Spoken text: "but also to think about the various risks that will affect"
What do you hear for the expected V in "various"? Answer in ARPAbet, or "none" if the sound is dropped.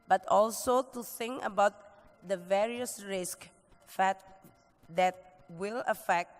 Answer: V